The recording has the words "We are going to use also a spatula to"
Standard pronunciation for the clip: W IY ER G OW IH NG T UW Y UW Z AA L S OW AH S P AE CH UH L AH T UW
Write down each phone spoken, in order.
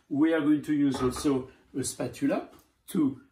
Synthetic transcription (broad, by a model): W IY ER G OW IH NG T UW Y UW Z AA S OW AH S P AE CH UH L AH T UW